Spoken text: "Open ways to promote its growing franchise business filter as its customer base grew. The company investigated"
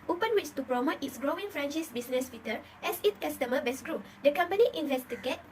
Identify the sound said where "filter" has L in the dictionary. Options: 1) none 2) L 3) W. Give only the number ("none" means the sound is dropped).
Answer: 1